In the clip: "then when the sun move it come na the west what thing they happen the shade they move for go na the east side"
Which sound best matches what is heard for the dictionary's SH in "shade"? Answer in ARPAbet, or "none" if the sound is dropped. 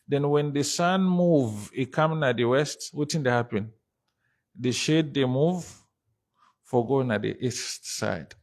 SH